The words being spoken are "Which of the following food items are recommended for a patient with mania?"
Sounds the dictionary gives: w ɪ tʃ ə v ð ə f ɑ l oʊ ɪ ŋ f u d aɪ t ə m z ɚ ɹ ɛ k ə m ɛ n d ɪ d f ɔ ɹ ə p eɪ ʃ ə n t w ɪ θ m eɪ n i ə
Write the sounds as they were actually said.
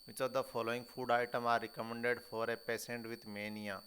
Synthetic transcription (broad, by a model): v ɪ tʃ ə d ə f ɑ l oʊ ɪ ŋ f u d aɪ t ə m ɑ ɹ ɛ k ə m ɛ n d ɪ d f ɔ ɹ ə p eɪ s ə n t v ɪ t m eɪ n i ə